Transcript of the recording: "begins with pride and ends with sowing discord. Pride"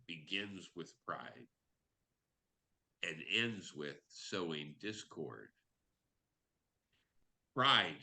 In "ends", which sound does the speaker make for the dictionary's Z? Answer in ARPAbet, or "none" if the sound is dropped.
Z